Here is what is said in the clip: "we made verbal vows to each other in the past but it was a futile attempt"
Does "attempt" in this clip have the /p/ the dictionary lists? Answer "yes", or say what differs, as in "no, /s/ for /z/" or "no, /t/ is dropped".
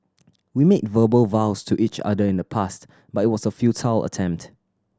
yes